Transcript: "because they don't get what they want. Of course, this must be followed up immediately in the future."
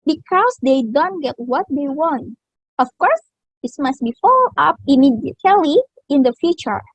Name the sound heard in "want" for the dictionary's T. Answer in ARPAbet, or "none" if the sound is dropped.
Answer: T